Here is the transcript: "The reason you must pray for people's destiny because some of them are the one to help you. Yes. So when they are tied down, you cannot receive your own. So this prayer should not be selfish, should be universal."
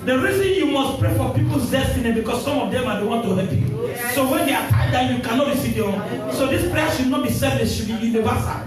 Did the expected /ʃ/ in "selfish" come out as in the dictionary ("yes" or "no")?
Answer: no